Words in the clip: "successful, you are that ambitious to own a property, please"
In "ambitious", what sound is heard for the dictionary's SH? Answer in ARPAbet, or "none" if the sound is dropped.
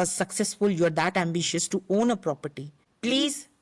SH